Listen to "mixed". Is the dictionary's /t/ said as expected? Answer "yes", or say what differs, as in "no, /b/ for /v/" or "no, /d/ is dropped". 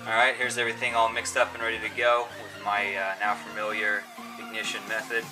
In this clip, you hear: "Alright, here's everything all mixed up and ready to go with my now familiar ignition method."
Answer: yes